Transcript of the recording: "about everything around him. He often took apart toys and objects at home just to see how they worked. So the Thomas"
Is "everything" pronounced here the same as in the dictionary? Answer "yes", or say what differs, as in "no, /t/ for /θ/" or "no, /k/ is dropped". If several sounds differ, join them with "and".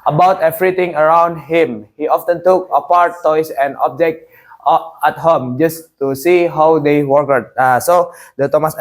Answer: no, /t/ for /θ/